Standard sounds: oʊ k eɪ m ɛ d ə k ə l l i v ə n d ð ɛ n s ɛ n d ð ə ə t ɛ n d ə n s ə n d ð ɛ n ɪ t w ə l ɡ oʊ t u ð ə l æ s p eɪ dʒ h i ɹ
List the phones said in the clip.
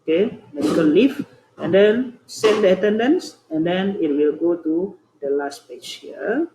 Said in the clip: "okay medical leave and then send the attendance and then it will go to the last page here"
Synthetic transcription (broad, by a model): k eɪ m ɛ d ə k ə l l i f ə n d ɛ n s ɛ n d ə ə t ɛ n d ə n s ə n d ɛ n ɪ t w ə l ɡ oʊ t u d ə l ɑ s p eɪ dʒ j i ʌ